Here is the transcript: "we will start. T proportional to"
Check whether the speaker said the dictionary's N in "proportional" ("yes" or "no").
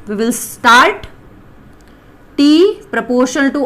no